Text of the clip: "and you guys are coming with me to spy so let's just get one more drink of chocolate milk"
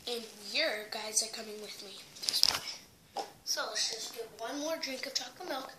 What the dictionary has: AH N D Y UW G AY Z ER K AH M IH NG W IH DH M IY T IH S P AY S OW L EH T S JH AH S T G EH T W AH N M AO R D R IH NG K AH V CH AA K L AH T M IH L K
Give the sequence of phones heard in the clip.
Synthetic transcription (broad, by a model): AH N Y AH G AY Z ER K AH M IH NG W IH DH M IY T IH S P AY S OW L EH T S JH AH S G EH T W AH N M AO R D R IH NG K AH V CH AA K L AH M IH L K